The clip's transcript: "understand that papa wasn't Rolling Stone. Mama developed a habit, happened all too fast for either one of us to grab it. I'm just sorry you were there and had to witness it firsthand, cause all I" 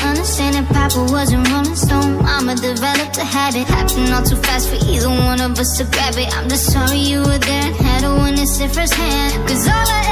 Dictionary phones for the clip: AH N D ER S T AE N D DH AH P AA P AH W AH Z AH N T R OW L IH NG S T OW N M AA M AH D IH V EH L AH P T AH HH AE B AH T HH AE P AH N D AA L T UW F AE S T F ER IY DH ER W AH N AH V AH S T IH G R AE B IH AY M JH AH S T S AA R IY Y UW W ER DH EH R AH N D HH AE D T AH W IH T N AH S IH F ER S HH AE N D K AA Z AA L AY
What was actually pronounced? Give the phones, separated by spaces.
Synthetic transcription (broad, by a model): AH N D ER S T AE N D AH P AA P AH W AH Z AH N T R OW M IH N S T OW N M AA M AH D IH V EH L AH P T AH HH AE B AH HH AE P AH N AA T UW F AE S T F ER IY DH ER W AH N AH V AH S T IH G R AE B IH AY M JH AH S T S AA R IY Y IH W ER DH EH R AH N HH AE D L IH N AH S IH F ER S HH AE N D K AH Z AA L